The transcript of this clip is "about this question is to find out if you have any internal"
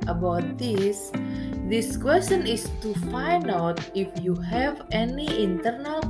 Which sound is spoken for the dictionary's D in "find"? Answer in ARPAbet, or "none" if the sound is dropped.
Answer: none